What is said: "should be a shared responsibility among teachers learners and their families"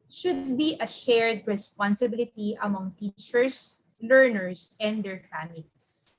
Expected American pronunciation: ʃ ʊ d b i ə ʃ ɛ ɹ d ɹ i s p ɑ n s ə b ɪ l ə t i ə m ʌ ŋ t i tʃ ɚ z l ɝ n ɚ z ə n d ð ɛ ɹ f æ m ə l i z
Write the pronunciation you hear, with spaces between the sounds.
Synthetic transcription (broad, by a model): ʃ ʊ d b i ə ʃ ɛ ɹ d ɹ i s p ɑ n s ə b ɪ l ə t i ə m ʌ ŋ t i tʃ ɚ s l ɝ n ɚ s ə n d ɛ ɹ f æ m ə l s